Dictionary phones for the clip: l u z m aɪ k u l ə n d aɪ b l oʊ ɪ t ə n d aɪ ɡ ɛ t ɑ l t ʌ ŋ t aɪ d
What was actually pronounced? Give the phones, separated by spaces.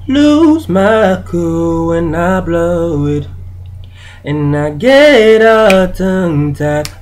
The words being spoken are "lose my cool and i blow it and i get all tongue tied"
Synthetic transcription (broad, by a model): l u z m aɪ k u w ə n aɪ b l oʊ ɪ t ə n aɪ ɡ ɛ t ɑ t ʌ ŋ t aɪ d